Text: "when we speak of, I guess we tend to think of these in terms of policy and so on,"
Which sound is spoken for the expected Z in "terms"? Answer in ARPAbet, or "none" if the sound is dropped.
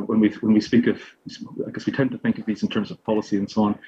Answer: Z